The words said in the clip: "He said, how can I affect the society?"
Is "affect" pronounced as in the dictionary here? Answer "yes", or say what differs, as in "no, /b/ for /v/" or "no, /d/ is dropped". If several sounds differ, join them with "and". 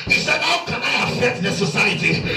no, /k/ is dropped